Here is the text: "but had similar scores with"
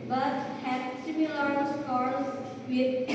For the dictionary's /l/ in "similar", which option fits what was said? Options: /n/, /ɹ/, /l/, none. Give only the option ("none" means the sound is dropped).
/l/